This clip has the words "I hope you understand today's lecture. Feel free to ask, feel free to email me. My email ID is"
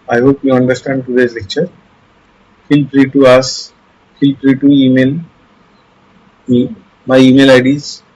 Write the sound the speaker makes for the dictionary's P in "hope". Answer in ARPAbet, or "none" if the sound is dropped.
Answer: P